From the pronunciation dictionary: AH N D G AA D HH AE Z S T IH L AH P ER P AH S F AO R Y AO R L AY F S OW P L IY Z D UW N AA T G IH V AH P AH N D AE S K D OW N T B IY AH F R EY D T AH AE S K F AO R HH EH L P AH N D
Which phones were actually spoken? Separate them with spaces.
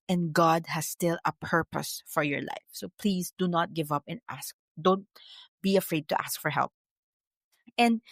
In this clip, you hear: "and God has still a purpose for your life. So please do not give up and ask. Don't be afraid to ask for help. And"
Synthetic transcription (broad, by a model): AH N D G AA D HH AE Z S T IH L AH P ER P AH S F AO R Y AO R L AY F S OW P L IY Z D UW N AA T G IH V AH P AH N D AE S K D OW N T B IY AH F R EY D T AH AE S K F AO R HH EH L P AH N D